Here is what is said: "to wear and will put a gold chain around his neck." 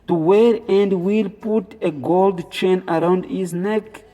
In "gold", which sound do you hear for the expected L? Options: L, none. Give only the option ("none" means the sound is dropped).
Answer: L